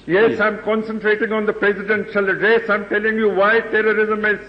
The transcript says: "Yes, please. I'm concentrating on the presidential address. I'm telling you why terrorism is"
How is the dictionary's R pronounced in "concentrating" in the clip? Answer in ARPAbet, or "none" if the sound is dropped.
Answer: R